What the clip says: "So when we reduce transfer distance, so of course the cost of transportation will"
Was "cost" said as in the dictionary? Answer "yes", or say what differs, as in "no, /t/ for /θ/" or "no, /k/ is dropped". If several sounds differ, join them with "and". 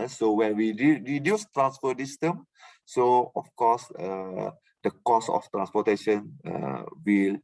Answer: no, /t/ is dropped